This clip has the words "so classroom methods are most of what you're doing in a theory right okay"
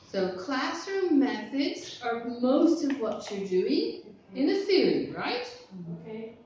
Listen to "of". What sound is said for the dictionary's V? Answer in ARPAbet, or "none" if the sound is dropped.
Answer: V